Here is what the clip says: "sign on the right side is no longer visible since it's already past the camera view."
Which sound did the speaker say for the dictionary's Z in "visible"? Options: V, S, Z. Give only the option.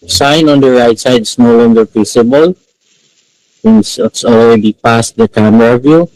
S